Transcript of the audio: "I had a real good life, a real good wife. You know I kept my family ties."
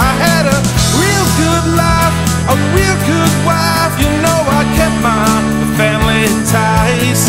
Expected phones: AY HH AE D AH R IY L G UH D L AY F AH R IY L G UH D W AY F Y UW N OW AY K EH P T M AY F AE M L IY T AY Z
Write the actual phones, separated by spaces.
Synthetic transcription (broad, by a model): AY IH D AH R IY L G UH D L AY F AH R IY L G UH D W AY F Y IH N OW AY K EH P M AY F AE M L IY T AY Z